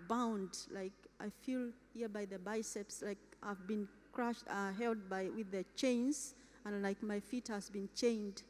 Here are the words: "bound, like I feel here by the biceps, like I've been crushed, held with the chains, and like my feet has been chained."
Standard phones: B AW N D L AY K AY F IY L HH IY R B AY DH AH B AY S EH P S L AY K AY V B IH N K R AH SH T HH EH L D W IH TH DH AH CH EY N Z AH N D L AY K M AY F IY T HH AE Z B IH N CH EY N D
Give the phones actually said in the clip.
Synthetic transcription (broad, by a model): B AW N D L AY K AY F IY L HH IY R B AY DH AH B AY S EH P S L AY K AY V B IH N K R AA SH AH HH EH L D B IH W DH AH CH EY N Z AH N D L AY K M AY F IY T HH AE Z B IH N CH EY N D